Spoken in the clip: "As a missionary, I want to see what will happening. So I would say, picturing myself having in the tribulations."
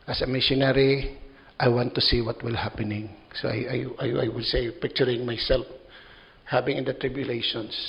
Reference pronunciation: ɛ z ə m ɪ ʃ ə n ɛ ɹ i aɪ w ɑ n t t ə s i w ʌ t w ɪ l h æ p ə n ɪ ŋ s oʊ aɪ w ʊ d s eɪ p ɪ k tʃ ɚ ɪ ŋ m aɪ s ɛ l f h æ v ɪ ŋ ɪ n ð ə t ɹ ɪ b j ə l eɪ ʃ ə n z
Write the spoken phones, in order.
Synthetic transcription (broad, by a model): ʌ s ə m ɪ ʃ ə n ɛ ɹ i aɪ w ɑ n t t ə s i w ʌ t w ɪ l h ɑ p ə n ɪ ŋ s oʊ aɪ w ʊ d s eɪ p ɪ k tʃ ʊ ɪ ŋ m aɪ s ɛ l f h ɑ b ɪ ŋ ɪ n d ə t ɹ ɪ b j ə l eɪ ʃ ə n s